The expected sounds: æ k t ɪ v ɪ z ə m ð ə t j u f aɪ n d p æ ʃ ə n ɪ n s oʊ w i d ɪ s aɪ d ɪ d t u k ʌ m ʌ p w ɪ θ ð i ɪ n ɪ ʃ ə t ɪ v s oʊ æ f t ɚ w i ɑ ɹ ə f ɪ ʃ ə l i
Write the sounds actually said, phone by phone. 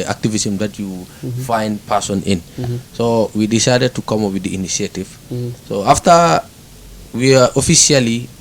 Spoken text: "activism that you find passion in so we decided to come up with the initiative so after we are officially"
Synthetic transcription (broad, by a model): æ k t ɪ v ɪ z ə m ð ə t j u f aɪ n d p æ s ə n ɪ n s oʊ w i d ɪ s aɪ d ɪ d t u k ʌ m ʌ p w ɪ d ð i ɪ n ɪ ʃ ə t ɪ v s oʊ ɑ f t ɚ w i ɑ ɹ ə f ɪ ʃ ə l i